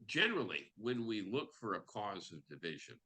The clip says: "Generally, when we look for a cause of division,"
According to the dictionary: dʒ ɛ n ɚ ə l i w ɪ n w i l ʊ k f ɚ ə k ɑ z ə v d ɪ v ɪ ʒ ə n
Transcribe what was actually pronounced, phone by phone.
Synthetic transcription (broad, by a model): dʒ ɛ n ɚ l i w ɪ n w i l ʊ k f ɚ ə k ɑ z ə v d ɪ v ɪ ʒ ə n